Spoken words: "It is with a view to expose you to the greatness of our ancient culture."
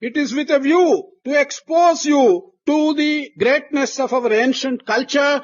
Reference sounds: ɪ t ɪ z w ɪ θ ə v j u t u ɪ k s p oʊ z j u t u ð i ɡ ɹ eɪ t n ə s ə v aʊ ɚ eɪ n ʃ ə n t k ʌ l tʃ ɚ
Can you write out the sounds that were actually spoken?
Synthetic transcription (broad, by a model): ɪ t ɪ z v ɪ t ə v j u t u ɪ k s p oʊ z j u t u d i ɡ ɹ eɪ t n ə s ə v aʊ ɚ eɪ n ʃ ə n t k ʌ l tʃ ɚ